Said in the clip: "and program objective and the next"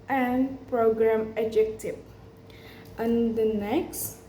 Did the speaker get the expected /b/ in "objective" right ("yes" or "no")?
no